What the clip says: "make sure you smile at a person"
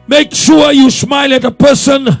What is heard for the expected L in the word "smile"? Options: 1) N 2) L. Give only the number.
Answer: 2